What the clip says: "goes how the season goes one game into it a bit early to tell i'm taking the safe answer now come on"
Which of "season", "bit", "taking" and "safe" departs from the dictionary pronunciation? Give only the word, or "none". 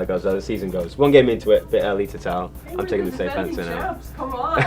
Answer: none